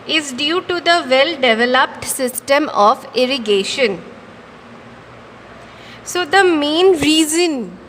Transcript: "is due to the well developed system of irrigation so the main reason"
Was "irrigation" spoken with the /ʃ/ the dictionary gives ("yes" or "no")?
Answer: yes